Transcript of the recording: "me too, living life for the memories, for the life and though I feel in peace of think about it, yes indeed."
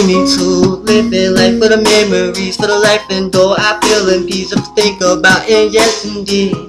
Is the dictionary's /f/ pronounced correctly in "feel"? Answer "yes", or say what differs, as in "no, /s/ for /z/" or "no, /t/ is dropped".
no, /p/ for /f/